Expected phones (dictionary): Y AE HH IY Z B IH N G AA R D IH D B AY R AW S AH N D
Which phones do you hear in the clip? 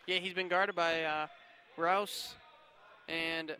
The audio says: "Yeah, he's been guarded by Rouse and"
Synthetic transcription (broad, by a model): Y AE HH IY Z B IH N G AA R D IH D B AY R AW S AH N